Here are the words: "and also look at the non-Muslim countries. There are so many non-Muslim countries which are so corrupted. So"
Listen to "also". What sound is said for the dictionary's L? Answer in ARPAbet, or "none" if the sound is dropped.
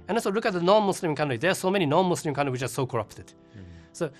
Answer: none